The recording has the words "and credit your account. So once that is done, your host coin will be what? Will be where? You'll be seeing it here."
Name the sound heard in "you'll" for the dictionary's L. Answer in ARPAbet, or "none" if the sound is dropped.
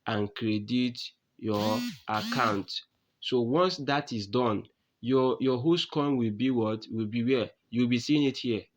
W